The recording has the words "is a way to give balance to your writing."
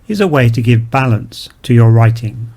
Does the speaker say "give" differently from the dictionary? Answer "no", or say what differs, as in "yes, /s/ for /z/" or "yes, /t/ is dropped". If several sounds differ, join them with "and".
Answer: no